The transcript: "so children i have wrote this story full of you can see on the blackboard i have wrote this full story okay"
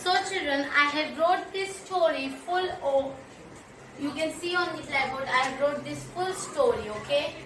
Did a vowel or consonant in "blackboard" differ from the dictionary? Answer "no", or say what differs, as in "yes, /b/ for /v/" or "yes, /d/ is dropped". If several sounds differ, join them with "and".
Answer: yes, /k/ is dropped